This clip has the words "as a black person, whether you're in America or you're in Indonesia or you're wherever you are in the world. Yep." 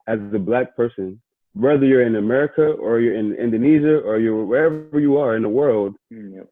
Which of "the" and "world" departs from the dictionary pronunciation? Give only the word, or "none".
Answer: none